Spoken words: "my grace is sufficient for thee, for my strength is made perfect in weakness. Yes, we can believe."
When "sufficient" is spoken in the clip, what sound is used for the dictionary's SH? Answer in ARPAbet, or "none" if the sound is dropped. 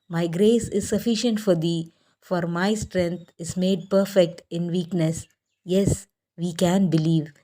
SH